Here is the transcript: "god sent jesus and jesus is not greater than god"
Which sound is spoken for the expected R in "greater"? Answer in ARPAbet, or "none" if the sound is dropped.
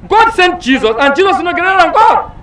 none